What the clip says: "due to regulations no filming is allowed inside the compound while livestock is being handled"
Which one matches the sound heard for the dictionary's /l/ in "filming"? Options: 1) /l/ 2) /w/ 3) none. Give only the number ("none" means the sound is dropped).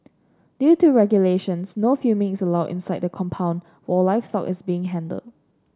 3